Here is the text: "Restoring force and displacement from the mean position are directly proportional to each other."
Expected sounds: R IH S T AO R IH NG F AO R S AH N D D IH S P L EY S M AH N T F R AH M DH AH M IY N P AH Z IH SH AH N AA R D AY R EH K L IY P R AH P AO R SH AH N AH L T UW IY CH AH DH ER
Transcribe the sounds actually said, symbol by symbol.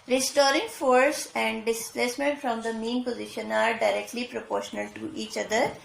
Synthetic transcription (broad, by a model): R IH S T AO R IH NG F AO R S AH N D D IH S P L EY S M AH N T F R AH M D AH M IY N P AH Z IH SH AH N AA R D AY R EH K L IY P R AH P AO R SH AH N AH L T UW IY CH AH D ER